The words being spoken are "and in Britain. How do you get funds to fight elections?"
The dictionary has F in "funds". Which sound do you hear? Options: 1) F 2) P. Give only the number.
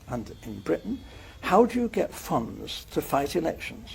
1